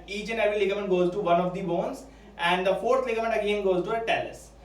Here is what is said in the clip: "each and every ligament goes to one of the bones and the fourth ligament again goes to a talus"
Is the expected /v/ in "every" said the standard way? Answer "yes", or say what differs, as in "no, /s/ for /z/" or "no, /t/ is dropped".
no, /v/ is dropped